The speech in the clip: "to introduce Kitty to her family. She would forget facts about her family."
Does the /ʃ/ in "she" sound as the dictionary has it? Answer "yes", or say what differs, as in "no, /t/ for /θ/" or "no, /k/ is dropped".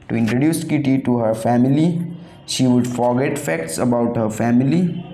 yes